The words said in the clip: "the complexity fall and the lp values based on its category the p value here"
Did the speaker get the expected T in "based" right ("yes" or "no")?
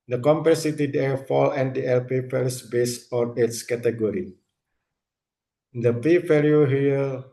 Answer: no